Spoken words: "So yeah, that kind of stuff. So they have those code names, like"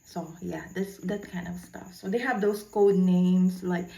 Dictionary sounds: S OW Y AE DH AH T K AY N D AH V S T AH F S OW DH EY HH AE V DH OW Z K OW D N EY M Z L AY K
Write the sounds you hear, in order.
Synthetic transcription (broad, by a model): S OW Y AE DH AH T K AY N D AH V S T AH F S OW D EY HH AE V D OW S K OW D N EY M S L AY K